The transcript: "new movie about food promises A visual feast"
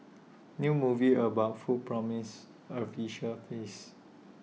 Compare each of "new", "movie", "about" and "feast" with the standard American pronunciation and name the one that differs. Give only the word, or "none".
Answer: feast